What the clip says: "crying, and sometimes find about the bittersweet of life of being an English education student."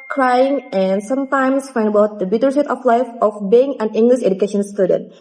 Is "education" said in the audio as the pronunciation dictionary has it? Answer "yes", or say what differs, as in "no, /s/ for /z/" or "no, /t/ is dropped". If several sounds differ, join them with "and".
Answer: yes